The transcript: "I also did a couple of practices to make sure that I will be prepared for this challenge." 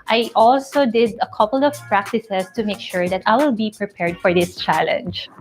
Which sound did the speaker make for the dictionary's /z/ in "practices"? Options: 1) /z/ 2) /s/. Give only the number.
2